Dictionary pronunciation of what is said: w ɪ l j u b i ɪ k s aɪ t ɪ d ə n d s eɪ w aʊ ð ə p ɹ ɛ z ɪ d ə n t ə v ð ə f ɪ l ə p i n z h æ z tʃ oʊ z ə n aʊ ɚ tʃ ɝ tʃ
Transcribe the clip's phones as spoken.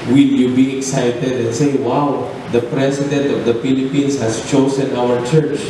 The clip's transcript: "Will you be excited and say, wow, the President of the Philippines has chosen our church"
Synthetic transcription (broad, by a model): w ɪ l j u b i ɪ k s aɪ t ɪ d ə n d s eɪ w aʊ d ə p ɹ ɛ s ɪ d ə n t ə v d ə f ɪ l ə p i n s h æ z tʃ oʊ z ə n aʊ ɚ tʃ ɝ tʃ